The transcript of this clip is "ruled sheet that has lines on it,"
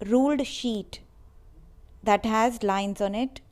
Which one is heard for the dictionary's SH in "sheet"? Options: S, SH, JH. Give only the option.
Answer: SH